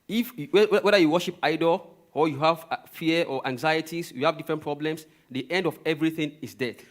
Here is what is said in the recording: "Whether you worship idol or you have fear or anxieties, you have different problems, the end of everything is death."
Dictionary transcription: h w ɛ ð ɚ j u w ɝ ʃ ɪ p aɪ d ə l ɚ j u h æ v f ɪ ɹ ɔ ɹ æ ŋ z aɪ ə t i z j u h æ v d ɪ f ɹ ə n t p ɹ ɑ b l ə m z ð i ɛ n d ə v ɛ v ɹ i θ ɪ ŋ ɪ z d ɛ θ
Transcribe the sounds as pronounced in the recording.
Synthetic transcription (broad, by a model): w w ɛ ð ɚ j u w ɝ ʃ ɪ p aɪ d ə l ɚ j u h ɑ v f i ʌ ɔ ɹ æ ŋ z aɪ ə t i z j u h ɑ v d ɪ f ɹ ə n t p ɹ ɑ b l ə m s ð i ɛ n d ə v ɛ v ɹ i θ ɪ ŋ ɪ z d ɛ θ